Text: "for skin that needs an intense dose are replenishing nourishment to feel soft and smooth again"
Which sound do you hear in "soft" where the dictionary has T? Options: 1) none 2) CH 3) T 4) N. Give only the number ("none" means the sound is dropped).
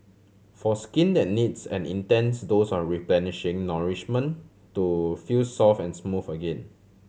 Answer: 1